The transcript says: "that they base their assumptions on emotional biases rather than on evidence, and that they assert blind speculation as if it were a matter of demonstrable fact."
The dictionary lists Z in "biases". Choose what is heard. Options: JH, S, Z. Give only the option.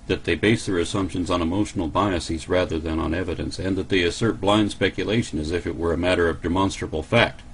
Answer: Z